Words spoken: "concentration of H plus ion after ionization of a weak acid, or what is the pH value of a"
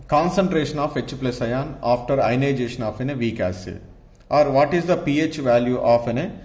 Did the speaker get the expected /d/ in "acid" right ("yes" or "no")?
no